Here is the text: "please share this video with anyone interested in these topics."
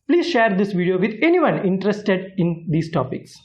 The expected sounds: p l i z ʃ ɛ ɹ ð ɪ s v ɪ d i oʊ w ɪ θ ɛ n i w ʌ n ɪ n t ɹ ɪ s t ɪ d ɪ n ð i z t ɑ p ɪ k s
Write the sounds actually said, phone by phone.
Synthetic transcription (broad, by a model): p l i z ʃ ɛ ɹ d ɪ s v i d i oʊ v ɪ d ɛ n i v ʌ n ɪ n t ɹ ɪ s t ɪ d ɪ n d i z t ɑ p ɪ k s